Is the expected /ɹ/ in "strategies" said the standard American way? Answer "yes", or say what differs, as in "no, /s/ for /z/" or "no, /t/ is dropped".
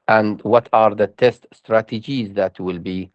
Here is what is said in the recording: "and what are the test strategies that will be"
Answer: yes